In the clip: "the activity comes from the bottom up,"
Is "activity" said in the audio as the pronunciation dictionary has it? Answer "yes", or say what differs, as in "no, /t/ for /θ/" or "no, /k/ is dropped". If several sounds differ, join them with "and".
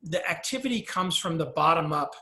yes